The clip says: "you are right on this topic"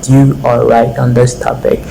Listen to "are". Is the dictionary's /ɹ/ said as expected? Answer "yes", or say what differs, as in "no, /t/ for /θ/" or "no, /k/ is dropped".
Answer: no, /l/ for /ɹ/